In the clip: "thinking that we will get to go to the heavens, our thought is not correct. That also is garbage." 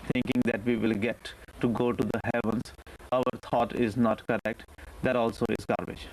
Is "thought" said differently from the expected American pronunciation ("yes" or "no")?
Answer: yes